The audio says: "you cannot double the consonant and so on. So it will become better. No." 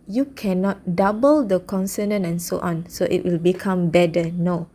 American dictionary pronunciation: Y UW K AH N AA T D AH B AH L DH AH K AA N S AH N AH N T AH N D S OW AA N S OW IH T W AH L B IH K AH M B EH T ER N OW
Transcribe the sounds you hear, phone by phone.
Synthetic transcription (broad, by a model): Y UW K AH N AA T D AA B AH L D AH K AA N S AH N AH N AH N S OW AA N S OW IH T W AH L B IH K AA M B EH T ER N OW